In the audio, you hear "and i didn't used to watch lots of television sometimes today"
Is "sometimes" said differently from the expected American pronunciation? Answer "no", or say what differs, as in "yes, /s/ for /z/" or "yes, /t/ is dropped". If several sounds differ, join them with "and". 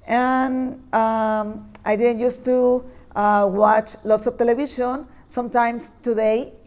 yes, /s/ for /z/